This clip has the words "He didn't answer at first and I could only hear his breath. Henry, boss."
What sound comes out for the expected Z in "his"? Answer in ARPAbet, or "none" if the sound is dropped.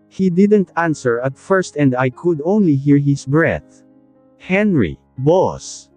S